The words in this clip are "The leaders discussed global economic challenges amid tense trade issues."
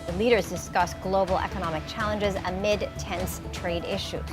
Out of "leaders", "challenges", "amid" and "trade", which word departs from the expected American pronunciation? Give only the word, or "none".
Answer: none